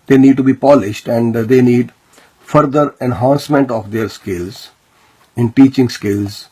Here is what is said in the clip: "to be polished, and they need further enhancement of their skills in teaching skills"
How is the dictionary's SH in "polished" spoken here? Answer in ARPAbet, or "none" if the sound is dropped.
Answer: SH